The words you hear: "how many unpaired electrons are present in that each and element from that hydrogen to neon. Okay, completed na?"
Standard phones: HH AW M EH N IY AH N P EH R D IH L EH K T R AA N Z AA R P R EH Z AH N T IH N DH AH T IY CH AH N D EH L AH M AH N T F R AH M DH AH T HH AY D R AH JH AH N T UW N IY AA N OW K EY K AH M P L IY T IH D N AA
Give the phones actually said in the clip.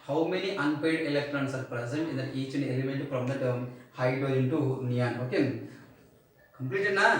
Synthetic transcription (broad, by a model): HH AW M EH N IY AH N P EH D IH L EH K T R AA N S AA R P R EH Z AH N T IH N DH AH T IY CH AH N EH L AH M AH N T P R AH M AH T HH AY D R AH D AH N T UW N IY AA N OW K EY K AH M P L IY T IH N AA